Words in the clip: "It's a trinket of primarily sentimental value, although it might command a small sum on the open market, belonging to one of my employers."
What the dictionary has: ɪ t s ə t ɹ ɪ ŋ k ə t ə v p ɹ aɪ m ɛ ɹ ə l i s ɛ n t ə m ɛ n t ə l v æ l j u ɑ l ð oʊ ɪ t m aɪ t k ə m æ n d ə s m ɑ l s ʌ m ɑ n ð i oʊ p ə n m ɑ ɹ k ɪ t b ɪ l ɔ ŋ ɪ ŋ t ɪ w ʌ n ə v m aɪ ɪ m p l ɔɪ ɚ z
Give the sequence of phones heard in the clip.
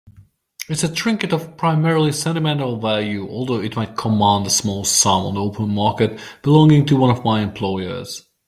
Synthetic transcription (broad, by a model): ɪ t s ə t ɹ ɪ ŋ k ə t ə v p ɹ aɪ m ɛ ɹ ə l i s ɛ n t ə m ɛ n t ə l v æ l j u ɑ l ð oʊ ɪ t m aɪ t k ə m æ n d ə s m ɑ l s ʌ m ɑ n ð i oʊ p ə n m ɑ ɹ k ɪ t b ɪ l ɔ ŋ ɪ ŋ t ɪ w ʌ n ə v m aɪ ɪ m p l ɔɪ ɚ z